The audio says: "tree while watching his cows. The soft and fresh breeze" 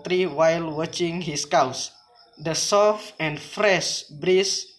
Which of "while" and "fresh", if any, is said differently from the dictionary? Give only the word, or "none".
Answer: none